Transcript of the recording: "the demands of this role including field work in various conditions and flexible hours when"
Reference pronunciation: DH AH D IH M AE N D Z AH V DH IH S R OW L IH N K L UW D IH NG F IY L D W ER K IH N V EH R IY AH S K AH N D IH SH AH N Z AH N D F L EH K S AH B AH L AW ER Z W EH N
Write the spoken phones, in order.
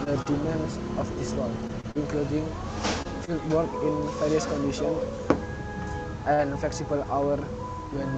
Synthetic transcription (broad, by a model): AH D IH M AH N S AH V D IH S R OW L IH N K L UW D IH NG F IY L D W ER K IH N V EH R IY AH S K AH N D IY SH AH N AH N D F L EH K S AH B AH L AW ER W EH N